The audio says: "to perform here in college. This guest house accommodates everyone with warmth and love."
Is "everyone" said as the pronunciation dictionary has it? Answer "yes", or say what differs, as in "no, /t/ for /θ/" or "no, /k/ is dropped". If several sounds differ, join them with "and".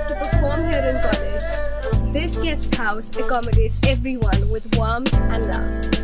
yes